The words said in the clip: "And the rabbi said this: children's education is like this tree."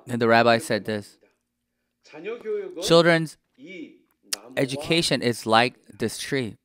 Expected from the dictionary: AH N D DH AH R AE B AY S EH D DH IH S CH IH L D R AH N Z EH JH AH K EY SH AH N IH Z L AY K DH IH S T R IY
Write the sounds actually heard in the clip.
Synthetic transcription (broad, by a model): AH N DH AH R AE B AY S EH D DH IH S CH IH L D R AH N Z EH JH AH K EY SH AH N IH Z L AY K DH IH S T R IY